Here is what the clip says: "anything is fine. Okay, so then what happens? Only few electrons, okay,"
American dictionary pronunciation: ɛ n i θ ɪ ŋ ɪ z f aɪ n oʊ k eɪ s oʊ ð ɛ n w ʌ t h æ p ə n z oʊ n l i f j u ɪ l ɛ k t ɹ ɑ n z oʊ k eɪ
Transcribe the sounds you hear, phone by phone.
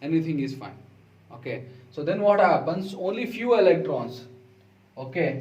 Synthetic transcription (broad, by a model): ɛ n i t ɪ ŋ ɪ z f aɪ n oʊ k eɪ s oʊ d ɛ n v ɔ t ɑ b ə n s oʊ n l i f j u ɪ l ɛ k t ɹ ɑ n s oʊ k eɪ